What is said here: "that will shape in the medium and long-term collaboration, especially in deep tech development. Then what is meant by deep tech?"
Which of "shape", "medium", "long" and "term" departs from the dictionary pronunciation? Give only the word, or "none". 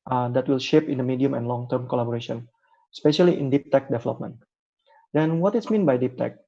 none